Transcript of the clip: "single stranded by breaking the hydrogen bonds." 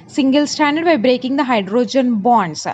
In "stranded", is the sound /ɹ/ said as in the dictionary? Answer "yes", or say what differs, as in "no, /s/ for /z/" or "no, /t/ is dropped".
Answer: no, /ɹ/ is dropped